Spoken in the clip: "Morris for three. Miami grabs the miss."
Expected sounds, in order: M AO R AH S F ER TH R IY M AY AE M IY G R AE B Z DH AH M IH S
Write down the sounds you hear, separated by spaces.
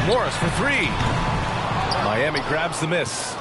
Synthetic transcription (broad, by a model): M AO R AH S F ER TH R IY M AY AE M IY G R AE B Z DH AH M IH S